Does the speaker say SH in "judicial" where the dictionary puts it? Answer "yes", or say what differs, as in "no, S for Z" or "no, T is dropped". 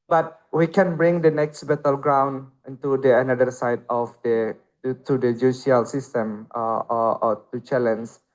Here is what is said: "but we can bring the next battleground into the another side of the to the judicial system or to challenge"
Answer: no, SH is dropped